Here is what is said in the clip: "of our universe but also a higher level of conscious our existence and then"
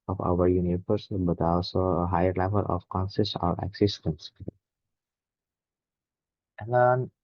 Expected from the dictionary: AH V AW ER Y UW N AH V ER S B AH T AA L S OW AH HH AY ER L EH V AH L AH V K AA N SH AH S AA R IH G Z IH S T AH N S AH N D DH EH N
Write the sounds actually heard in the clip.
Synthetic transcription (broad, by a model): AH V AW ER Y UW N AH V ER S B AH T AA L S OW AH HH AY ER L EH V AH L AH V K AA N S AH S AA R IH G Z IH S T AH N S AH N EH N